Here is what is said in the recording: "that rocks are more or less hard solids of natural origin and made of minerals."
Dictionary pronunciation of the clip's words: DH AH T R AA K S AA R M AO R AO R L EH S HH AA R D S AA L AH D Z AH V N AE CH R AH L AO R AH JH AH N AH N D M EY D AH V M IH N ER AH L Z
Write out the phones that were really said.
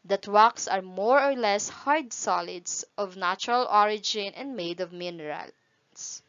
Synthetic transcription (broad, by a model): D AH T W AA K S AA R M AO R AO R L EH S HH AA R D S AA L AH D S AH V N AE CH R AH L AO R AH JH AH N AH N D M EY D AH V M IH N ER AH L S